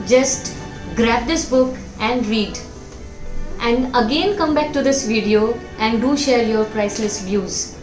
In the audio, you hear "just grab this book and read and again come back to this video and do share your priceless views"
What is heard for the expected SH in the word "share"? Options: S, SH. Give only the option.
SH